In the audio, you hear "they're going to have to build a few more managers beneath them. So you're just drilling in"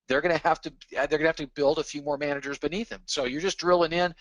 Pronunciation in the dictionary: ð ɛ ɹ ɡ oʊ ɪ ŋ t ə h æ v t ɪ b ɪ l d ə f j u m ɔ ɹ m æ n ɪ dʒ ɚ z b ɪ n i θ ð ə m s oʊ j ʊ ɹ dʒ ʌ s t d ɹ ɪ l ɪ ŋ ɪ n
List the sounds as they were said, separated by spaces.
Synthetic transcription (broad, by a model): ð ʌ ɹ ɡ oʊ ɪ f t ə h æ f t ɪ b ɪ l d ə f j u m ɔ ɹ m æ n ɪ dʒ ɚ z b ɪ n i θ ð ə m s oʊ j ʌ ɹ dʒ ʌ s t d ɹ ɪ l ɪ ŋ ɪ n